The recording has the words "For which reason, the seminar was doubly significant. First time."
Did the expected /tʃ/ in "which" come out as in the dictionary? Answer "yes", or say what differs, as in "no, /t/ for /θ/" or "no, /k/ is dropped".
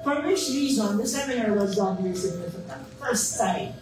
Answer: no, /ʃ/ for /tʃ/